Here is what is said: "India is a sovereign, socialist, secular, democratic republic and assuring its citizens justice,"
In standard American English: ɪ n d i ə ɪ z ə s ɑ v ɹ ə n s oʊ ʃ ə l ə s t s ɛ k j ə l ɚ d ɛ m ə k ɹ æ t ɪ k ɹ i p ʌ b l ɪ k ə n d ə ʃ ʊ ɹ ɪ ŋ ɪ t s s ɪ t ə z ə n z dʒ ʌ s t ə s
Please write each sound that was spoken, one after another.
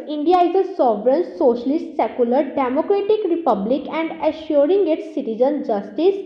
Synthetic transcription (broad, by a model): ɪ n d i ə ɪ z ə s ɑ v ɹ ə n s oʊ ʃ ə l ə s t s ɛ k j ə l ɚ d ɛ m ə k ɹ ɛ t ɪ k ɹ i p ʌ b l ɪ k ə n d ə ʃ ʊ ɹ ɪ ŋ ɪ t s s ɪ t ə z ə n dʒ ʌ s t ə s